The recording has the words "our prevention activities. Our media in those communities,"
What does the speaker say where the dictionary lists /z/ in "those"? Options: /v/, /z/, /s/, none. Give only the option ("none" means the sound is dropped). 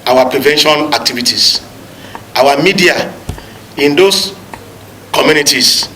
/s/